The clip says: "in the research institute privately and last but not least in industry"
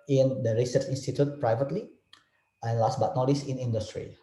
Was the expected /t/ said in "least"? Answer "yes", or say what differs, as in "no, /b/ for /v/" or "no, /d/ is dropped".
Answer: no, /t/ is dropped